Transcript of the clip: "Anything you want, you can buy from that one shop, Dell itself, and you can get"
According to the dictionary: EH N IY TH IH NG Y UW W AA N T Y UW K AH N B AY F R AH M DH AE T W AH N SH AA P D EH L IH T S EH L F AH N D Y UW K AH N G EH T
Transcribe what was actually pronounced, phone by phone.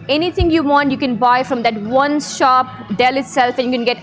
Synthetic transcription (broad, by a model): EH N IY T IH NG Y UW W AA N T Y UW K AH N B AY F R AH M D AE T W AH N SH AA P D EH L IH T S EH L F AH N Y UW K AH N G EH T